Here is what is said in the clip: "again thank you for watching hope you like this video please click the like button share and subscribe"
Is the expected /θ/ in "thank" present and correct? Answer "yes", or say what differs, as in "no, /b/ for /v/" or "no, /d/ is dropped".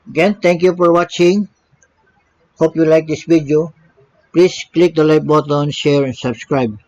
no, /t/ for /θ/